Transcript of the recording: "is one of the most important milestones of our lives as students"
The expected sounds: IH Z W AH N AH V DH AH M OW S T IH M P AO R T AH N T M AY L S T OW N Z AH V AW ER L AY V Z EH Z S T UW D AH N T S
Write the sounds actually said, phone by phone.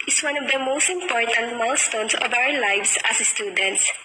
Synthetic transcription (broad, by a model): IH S W AH N AH V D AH M OW S T IH M P AO R T AH N T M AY L S T OW N S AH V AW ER L AY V S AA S S T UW D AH N T S